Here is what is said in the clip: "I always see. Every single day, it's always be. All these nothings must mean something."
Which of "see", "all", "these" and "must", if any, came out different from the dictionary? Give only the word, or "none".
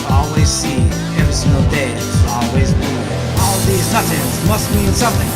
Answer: none